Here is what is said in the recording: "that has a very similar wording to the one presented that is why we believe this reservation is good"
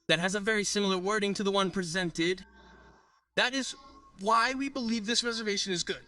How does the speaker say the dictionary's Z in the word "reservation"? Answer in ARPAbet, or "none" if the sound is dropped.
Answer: Z